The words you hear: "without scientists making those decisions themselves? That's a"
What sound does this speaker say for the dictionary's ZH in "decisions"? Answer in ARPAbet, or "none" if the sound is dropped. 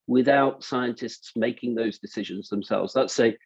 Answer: ZH